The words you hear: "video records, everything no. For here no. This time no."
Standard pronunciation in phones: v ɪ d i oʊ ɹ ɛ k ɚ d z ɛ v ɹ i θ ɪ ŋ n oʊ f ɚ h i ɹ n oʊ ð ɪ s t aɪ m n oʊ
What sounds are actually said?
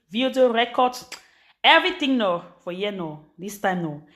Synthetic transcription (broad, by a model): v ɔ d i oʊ ɹ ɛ k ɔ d s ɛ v ɹ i t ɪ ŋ n oʊ f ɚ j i n oʊ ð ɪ s t aɪ m n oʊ